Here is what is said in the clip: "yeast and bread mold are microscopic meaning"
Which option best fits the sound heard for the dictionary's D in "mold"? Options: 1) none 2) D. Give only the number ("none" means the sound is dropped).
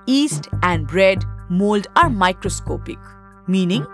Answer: 2